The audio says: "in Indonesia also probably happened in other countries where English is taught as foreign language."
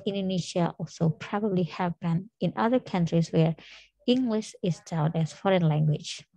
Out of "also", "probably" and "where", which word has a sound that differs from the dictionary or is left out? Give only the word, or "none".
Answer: none